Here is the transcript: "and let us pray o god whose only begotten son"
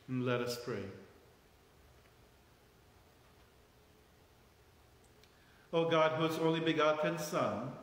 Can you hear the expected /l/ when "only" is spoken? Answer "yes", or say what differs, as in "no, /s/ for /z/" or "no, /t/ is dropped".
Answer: yes